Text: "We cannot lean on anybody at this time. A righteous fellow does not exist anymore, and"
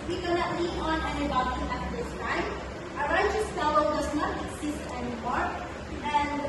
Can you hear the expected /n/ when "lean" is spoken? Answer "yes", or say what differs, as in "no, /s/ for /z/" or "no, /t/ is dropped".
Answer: no, /n/ is dropped